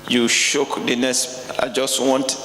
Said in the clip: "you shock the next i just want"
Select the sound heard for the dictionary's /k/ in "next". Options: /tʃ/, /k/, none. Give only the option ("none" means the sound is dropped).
none